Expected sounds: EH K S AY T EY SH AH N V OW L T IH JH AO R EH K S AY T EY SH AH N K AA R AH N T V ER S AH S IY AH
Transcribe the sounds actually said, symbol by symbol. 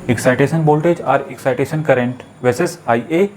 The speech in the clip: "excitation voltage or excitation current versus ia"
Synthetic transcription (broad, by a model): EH K S AY T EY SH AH N B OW L T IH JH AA R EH K S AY T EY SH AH N K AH R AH N T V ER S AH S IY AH